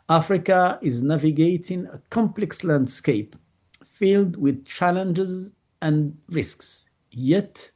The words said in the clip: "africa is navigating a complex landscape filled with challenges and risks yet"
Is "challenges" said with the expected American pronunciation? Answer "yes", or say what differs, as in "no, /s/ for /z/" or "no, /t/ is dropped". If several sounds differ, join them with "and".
yes